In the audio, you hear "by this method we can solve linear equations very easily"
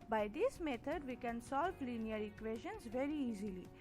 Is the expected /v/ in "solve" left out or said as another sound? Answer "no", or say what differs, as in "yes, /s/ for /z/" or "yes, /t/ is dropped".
yes, /p/ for /v/